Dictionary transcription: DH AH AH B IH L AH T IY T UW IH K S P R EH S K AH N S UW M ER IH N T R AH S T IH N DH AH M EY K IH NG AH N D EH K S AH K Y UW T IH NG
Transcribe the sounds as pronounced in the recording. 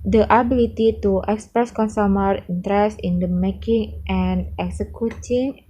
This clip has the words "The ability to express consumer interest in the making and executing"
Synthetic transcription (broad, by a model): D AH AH B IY L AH T IY T UW IH K S P R EH S K AH N S UW M ER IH N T R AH S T IH N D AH M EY K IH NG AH N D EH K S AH K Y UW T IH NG